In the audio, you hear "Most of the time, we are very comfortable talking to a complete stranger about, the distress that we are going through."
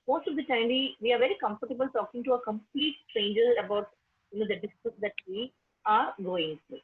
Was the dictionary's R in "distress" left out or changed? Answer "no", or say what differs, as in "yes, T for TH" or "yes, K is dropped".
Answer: yes, R is dropped